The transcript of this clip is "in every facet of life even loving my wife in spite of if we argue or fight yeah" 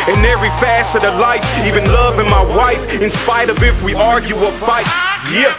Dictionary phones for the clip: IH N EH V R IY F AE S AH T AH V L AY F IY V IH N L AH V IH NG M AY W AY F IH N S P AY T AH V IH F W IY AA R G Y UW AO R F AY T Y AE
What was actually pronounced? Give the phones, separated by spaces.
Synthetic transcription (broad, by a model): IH N EH V R IY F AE S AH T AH L AY F IY V IH N L AH V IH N M AY W AY F IH N S P AY T AH V IH F W IY AA R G Y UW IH L F AY T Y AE